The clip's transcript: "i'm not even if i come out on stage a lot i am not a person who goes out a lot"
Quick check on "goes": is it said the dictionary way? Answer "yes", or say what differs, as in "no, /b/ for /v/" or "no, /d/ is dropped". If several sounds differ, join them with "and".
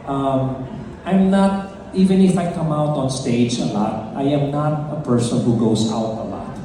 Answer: no, /s/ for /z/